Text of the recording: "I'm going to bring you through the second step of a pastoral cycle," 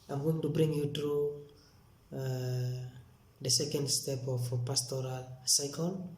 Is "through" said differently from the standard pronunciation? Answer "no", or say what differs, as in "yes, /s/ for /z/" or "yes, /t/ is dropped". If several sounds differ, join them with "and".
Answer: yes, /t/ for /θ/